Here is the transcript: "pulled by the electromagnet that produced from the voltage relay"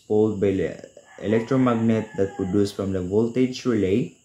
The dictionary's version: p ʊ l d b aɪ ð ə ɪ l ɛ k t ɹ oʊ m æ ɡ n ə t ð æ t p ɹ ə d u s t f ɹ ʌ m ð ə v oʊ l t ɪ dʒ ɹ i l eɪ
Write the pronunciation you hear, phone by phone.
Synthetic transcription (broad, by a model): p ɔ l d b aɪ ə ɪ l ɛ k t ɹ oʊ m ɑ ɡ n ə t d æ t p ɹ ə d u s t f ɹ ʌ m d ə v oʊ l t ɪ dʒ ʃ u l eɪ